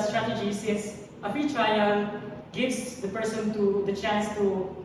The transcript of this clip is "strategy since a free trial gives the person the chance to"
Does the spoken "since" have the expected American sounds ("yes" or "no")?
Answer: no